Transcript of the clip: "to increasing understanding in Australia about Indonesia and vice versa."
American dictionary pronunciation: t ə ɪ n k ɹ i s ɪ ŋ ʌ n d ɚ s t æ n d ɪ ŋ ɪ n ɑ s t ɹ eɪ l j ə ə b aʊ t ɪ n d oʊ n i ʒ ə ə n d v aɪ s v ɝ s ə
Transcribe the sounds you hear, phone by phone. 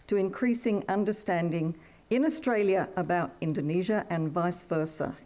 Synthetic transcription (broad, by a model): t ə ɪ n k ɹ i s ɪ ŋ ʌ n d ɚ s t æ n d ɪ ŋ ɪ n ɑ s t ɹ eɪ l j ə ə b aʊ t ɪ n d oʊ n i ʒ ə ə n v aɪ s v ɝ s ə